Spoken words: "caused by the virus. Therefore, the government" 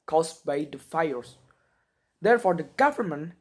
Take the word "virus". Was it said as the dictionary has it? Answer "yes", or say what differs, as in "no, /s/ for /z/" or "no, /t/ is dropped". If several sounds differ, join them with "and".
no, /f/ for /v/